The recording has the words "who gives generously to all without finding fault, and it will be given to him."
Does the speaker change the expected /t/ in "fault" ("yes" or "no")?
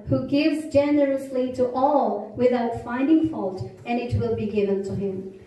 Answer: no